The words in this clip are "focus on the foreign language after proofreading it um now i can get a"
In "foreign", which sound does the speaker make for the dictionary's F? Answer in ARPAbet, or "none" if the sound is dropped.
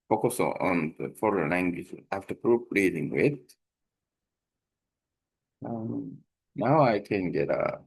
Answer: F